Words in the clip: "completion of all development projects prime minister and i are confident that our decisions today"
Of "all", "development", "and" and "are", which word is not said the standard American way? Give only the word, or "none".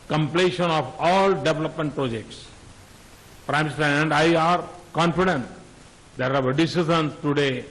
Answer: none